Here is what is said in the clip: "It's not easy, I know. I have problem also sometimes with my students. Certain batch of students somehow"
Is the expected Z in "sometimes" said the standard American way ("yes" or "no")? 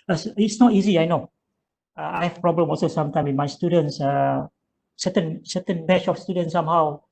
no